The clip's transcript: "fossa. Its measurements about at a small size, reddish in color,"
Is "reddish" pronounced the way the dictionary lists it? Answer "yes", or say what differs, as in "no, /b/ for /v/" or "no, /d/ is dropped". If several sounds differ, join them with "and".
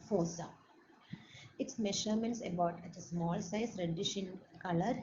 yes